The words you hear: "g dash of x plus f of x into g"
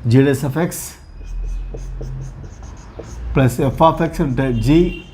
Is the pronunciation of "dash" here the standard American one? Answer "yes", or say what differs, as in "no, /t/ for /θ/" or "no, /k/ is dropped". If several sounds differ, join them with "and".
no, /s/ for /ʃ/